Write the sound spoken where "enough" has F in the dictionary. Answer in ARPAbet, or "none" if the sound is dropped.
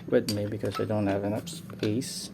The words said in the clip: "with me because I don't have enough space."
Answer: P